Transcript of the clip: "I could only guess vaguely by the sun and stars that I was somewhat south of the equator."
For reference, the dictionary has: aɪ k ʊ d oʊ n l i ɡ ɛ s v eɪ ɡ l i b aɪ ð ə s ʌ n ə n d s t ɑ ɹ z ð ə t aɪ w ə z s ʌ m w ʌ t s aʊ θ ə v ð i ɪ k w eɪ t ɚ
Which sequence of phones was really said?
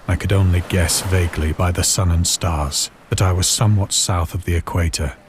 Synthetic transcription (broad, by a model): aɪ k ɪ d oʊ n l i ɡ ɛ s v eɪ ɡ l i b aɪ ð ə s ʌ n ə n s t ɑ ɹ z ð ə t aɪ w ə z s ʌ m w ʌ t s aʊ θ ə v ð i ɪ k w eɪ t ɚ